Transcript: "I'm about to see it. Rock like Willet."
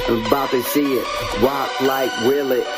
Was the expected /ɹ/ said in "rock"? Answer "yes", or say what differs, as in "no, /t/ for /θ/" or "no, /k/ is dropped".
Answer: no, /w/ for /ɹ/